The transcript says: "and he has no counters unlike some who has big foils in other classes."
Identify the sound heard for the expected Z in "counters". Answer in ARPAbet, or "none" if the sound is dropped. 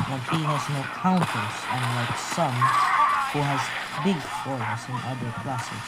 S